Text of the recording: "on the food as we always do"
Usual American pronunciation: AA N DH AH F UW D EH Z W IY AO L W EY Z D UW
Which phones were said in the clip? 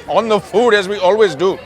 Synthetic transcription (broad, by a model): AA N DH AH F UW D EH Z W IY AO L W EY Z D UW